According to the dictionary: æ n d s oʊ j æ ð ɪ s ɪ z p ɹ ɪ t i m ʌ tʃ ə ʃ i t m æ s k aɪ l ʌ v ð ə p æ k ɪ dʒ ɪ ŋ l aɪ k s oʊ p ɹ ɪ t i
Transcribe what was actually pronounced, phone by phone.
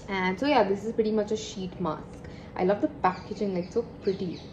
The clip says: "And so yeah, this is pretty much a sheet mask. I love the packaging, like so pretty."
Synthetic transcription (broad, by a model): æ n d s oʊ j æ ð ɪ s ɪ z p ɹ ɪ t i m ʌ tʃ ə ʃ i t m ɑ s k aɪ l ʌ v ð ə p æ k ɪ dʒ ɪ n l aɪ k s oʊ p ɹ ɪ t i